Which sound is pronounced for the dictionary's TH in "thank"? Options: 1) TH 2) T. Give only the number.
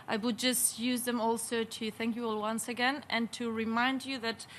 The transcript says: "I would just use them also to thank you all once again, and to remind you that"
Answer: 1